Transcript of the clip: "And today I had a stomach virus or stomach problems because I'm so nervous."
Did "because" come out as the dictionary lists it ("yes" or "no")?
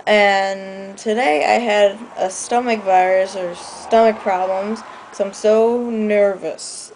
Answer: no